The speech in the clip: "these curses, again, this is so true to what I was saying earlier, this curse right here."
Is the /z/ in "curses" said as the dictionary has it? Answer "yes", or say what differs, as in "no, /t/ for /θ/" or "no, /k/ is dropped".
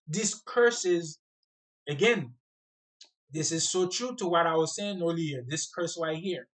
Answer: yes